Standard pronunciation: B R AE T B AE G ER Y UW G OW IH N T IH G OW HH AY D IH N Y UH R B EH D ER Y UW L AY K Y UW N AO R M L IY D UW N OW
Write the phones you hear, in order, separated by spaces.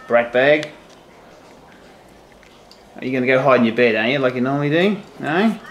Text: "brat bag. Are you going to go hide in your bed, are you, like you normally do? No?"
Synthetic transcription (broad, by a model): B R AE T B AE G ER Y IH G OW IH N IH G OW HH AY IH N Y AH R B EH D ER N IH L AY K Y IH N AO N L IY D UW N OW